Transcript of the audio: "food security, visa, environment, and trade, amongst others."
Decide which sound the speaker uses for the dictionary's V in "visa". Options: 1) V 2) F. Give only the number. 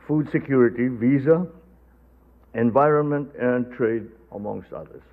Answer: 1